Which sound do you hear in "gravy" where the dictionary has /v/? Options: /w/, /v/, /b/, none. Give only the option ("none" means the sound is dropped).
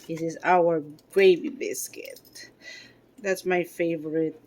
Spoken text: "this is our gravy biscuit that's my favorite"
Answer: /b/